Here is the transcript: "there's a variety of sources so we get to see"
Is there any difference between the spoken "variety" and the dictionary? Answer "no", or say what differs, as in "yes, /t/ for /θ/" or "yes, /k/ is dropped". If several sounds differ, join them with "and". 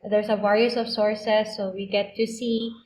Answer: yes, /s/ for /t/